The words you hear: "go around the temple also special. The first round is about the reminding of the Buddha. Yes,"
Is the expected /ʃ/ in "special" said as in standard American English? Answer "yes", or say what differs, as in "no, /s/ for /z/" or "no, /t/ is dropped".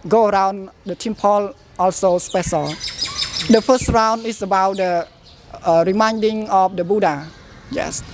no, /s/ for /ʃ/